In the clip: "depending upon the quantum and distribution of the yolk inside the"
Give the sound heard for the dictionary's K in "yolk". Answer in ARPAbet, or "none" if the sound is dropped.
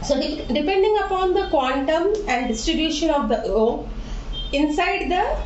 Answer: none